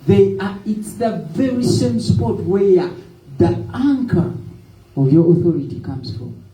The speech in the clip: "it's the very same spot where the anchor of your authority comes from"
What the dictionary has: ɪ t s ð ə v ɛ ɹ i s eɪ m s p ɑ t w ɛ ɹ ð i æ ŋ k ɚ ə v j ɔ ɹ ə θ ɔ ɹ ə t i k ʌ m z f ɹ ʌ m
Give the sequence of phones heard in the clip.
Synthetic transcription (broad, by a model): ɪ t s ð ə v ɛ ɹ i s eɪ m s p ɑ t w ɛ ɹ ð i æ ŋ k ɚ ə v j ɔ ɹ ə θ ɔ ɹ ə t i k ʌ m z f ɹ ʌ m